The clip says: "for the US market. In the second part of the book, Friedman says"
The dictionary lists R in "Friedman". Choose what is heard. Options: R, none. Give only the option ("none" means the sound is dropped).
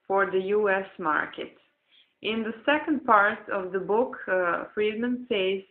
R